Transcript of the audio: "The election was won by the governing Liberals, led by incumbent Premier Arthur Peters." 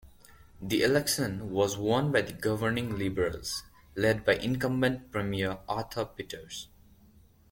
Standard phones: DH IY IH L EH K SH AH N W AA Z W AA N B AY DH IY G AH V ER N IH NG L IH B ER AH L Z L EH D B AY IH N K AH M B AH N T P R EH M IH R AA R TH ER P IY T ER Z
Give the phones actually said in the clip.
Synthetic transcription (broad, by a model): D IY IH L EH K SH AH N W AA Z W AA N B AY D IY G AH V ER N IH NG L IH B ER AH L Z L EH D B AY IH N K AH M B AH N T P R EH M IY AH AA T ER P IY T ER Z